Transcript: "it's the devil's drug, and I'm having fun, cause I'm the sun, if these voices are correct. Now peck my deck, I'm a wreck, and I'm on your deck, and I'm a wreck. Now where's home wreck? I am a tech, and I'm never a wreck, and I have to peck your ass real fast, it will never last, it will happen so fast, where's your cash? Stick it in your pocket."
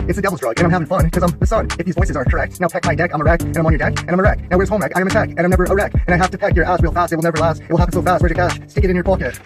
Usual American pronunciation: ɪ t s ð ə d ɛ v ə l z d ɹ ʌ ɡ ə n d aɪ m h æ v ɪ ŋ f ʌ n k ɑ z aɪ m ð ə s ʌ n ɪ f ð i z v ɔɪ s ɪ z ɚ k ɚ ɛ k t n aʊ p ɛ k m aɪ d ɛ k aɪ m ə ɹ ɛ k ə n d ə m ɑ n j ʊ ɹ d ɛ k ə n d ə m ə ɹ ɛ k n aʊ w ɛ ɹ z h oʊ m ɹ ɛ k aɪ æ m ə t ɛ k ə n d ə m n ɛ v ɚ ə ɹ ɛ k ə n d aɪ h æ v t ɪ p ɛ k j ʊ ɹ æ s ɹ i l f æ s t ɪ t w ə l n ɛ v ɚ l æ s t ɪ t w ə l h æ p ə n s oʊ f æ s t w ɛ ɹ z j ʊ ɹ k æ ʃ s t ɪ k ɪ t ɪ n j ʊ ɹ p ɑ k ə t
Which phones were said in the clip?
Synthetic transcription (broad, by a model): ɪ t s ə d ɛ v l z d ɹ ʌ ɡ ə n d aɪ m h æ v ɪ ŋ f ʌ n k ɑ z aɪ m ð ə s ʌ n ɪ f ð i z v ɔɪ s ɪ z ɚ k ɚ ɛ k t n aʊ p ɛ k m aɪ d ɛ k aɪ m ə ɹ ɛ k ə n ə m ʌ n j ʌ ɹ d ɛ k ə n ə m ə ɹ ɛ k n aʊ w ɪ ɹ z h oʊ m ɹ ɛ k aɪ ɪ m ə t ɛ k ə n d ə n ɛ v ɚ ə ɹ ɛ k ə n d aɪ h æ f t ɪ p ɛ k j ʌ ɹ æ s ɹ i l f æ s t ɪ t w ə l n ɛ v ɚ l æ s t ɪ t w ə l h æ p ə n s oʊ f æ s t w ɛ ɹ j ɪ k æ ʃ s t ɪ k ɪ t ɪ n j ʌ ɹ p ɑ k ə t